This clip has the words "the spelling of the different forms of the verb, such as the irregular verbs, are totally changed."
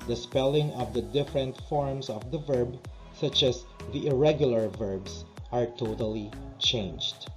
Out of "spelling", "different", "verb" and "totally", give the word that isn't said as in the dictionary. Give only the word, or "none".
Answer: none